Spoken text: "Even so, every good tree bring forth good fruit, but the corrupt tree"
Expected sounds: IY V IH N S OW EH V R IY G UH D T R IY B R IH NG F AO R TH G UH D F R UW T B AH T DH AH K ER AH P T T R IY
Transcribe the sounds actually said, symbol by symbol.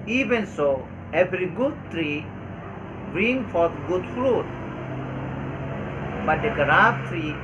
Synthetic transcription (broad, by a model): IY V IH N S OW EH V R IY G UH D T R IY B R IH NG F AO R T G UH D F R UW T B AH T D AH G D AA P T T R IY